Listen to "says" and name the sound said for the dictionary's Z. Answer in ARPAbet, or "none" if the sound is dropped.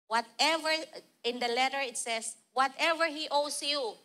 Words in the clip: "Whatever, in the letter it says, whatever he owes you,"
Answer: S